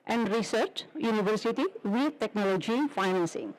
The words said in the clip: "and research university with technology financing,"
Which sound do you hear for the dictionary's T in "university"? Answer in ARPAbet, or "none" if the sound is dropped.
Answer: T